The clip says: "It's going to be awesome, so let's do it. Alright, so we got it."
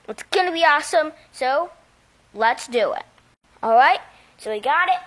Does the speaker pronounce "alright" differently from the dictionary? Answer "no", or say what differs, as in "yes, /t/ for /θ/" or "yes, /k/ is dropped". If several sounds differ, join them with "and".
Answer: no